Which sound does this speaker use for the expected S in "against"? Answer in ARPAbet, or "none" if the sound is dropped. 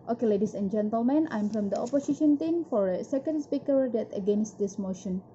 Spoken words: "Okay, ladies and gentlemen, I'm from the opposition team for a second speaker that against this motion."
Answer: S